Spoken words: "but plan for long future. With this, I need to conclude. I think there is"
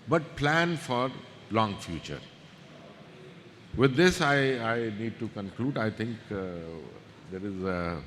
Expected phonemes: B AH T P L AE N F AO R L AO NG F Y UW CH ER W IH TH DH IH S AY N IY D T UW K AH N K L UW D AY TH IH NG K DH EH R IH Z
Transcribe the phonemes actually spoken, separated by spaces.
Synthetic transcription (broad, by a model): B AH T P L AE N F AO R L AO NG F Y UW CH ER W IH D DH IH S AY N IY D T UW K AH N K L UW D AY T IH NG K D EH R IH Z